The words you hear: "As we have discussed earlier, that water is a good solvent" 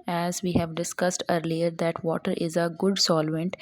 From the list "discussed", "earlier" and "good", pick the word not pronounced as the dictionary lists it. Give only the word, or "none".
none